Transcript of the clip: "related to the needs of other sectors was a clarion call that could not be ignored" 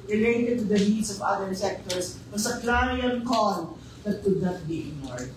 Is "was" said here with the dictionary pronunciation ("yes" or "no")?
no